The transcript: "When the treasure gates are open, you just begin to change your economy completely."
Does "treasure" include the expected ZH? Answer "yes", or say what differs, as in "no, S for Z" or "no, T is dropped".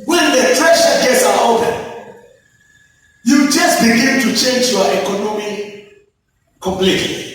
no, SH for ZH